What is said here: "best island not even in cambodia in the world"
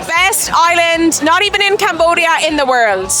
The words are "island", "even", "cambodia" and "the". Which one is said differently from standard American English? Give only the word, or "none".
none